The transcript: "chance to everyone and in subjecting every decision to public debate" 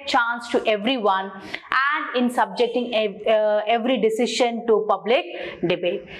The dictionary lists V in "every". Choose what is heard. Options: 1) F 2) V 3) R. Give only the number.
2